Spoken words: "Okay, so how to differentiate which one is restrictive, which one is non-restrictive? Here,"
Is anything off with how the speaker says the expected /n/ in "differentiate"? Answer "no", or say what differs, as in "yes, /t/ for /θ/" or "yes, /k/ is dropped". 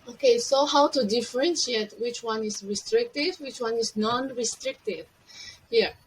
no